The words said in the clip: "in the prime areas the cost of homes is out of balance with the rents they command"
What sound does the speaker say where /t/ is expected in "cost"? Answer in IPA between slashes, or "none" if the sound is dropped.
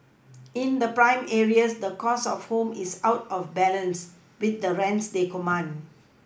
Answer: none